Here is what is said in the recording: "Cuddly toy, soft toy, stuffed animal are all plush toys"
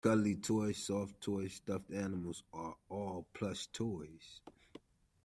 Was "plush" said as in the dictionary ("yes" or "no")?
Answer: no